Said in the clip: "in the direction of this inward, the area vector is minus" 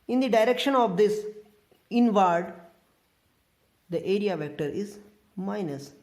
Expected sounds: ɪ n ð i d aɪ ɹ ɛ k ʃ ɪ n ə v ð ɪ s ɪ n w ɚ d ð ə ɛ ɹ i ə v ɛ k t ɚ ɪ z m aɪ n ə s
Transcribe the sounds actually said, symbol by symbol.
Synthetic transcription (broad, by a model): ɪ n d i d aɪ ɹ ɛ k ʃ ɪ n ə v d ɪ s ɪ n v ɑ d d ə ɛ ɹ i ə v ɛ k t ɚ ɪ z m aɪ n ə s